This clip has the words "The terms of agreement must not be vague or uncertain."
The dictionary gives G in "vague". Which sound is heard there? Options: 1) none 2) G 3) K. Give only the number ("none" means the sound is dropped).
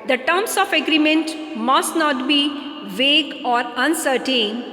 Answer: 2